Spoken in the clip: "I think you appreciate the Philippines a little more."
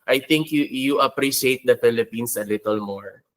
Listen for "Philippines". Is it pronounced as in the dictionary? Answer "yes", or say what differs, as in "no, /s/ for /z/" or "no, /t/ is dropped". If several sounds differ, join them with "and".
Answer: no, /s/ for /z/